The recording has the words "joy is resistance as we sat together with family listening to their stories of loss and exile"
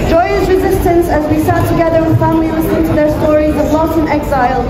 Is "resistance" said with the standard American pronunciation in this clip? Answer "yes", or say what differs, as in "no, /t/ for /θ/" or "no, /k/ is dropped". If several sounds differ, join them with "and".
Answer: yes